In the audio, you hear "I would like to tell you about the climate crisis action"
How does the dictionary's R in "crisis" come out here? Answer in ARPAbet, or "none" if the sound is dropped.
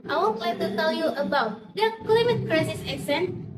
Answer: R